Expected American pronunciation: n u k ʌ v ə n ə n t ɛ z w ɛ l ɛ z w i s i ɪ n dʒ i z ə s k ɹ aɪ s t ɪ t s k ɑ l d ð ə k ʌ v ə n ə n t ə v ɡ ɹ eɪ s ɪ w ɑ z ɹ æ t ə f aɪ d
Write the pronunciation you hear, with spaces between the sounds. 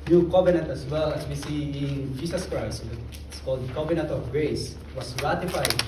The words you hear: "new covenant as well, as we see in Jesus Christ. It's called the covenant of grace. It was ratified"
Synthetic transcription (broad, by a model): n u k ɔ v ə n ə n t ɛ s w ɛ l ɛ s w i s i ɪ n dʒ i s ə s k ɹ aɪ s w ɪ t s k ɑ l d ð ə k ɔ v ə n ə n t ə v ɡ ɹ eɪ s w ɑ s ɹ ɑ t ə f aɪ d